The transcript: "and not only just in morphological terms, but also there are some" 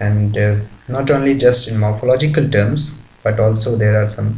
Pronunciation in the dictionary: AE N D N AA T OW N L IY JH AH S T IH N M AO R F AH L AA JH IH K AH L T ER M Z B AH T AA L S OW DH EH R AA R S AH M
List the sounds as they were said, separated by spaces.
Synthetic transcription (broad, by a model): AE N D N AA T OW N L IY JH AH S T IH N M AO R F AH L AA JH IH K AH L T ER M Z B AH T AA L S OW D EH R AA R S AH M